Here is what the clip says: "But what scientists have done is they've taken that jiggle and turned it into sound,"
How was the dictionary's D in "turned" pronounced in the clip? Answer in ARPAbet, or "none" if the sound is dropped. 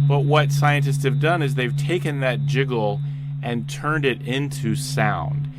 D